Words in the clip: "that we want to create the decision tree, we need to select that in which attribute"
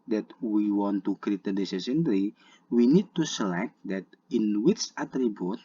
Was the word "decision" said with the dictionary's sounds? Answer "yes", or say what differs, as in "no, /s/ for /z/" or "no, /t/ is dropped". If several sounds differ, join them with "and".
no, /s/ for /ʒ/